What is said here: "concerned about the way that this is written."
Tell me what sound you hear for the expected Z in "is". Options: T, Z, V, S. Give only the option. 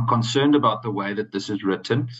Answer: Z